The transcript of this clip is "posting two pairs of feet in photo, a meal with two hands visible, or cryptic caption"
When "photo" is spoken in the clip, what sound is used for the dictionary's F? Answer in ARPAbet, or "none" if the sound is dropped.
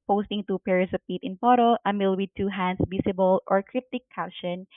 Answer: P